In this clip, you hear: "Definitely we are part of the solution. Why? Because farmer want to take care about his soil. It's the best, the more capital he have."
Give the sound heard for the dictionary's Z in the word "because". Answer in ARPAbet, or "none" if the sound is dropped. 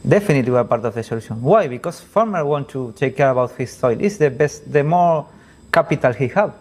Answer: S